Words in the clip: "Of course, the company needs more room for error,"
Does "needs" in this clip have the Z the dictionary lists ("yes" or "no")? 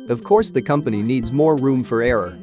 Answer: yes